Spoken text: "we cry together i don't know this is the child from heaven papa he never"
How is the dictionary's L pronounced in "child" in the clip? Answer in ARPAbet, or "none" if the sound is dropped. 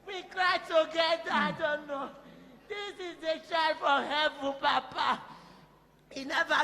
none